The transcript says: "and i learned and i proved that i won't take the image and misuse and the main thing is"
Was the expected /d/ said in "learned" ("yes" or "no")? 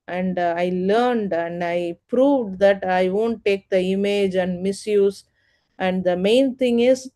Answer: yes